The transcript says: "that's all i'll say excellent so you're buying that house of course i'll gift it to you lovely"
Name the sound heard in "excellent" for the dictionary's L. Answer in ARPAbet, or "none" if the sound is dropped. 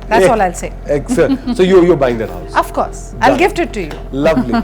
none